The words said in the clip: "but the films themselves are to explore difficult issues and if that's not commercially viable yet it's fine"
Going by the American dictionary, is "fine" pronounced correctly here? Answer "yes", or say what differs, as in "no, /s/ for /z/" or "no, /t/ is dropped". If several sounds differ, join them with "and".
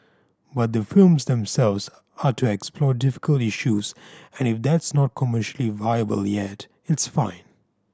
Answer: yes